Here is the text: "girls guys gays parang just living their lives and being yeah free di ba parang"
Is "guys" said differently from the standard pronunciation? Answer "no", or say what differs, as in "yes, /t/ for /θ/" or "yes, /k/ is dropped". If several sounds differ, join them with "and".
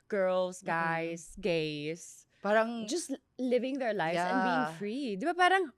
yes, /s/ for /z/